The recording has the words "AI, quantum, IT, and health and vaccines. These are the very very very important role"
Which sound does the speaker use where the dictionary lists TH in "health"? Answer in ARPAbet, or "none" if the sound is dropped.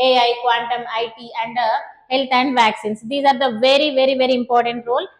T